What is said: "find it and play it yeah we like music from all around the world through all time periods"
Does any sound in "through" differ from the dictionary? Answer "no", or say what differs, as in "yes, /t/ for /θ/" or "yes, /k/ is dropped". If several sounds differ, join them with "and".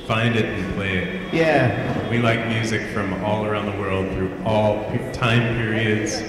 no